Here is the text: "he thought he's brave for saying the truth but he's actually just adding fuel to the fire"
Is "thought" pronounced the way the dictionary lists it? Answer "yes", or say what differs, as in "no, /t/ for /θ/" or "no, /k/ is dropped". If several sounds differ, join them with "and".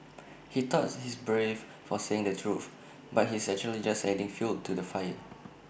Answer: no, /t/ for /θ/